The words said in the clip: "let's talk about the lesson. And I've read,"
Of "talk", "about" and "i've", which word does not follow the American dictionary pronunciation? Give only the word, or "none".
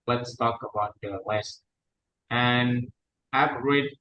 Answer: i've